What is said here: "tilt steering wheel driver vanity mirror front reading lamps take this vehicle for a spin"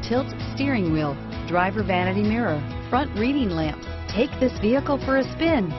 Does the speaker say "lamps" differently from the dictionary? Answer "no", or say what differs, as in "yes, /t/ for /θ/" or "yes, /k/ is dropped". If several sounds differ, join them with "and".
yes, /s/ is dropped